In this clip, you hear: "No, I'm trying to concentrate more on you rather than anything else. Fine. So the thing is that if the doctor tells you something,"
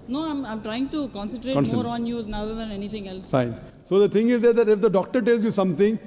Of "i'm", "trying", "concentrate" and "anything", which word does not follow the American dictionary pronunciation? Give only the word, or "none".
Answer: anything